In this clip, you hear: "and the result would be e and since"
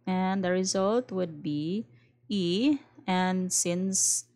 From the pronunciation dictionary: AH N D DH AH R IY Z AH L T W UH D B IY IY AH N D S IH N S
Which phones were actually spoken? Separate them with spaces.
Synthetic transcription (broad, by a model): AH N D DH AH R IY Z AH L T W UH D B IY IY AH N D S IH N S